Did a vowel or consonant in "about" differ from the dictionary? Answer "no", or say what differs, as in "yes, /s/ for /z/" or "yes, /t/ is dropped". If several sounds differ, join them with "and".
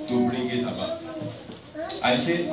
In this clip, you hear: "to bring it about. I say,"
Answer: yes, /t/ is dropped